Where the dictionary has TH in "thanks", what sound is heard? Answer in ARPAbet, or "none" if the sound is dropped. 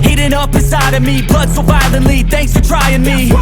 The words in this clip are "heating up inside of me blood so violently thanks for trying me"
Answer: TH